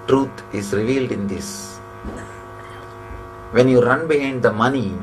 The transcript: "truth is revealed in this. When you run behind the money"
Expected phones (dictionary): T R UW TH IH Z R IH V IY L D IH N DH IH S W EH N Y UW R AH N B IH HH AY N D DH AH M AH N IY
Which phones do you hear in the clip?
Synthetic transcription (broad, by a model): T R UW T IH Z R IH V IY L D IH N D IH S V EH N Y UW R AH N B IH HH AY N D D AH M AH N IY